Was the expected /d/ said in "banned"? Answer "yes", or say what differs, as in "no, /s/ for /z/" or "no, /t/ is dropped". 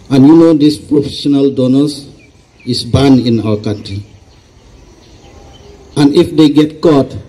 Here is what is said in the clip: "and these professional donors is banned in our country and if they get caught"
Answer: no, /d/ is dropped